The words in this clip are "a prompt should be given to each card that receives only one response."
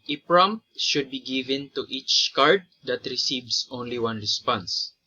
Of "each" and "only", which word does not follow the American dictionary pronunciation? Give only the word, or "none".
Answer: none